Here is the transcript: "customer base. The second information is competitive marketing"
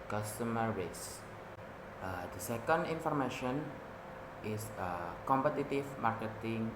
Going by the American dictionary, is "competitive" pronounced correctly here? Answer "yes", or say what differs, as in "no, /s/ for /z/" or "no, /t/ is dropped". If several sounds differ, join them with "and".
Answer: no, /f/ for /v/